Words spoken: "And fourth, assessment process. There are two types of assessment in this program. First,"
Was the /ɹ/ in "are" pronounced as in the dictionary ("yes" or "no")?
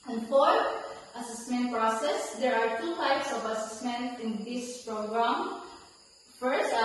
yes